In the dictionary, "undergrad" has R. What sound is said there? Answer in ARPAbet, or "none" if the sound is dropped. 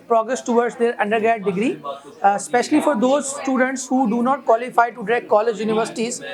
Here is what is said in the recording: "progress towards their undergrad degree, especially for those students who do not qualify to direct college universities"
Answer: none